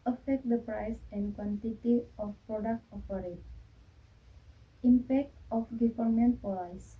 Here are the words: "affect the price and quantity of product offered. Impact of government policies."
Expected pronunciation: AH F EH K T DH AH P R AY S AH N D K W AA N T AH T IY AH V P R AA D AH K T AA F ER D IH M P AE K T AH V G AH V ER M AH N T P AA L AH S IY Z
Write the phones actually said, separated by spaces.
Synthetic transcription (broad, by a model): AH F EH K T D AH P R AY S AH N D K W AA N T AH T IY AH F P R AA D AH K T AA P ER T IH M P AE K T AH F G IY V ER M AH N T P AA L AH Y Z